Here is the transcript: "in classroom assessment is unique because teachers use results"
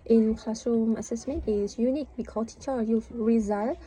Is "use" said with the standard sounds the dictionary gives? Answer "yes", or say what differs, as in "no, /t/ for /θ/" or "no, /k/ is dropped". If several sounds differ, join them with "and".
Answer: no, /s/ is dropped